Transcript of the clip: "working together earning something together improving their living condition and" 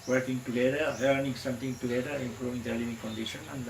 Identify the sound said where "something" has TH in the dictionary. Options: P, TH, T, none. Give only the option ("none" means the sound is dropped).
T